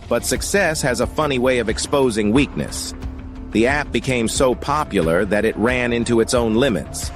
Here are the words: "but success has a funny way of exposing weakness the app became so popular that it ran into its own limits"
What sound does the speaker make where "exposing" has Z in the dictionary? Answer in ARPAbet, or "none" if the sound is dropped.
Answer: Z